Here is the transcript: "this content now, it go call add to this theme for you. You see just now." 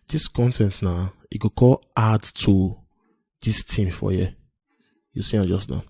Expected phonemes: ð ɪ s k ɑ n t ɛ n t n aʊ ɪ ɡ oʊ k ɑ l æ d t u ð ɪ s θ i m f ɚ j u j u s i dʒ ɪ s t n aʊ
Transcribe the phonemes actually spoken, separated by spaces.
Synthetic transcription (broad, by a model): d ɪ s k ɑ n t ɛ n t n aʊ ɪ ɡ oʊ k ɑ l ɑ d t u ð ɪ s t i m f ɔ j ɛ j u s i dʒ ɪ s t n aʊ